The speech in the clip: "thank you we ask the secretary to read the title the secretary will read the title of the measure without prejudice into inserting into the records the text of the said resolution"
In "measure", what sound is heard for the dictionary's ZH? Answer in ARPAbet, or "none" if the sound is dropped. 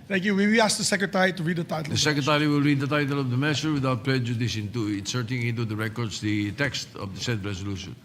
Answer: S